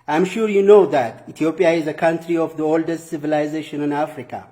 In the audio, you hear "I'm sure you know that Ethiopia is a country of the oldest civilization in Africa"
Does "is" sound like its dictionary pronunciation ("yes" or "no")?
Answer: yes